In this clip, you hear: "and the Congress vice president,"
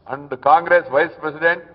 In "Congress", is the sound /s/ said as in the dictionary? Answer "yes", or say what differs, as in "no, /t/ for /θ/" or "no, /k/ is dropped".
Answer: yes